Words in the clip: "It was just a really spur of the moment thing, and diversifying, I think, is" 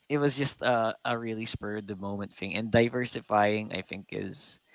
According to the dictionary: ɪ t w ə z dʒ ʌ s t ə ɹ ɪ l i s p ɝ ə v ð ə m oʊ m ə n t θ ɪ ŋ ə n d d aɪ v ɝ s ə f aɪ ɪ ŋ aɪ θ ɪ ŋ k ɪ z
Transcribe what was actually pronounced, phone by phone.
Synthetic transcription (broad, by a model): ɪ t w ə z dʒ ʌ s t ə ɹ ɪ l i s p ɝ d ð ə m oʊ m ə n t f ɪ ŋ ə n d d aɪ v ɝ s ə f aɪ ɪ ŋ aɪ θ ɪ ŋ k ɪ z